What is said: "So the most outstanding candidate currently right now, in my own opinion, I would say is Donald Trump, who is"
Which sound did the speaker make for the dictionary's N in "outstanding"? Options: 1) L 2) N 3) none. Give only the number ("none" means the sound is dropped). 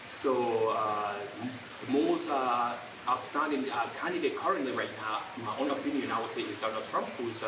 3